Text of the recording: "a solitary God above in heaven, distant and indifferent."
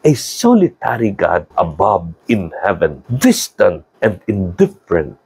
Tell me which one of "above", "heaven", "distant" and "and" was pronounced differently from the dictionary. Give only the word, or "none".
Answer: above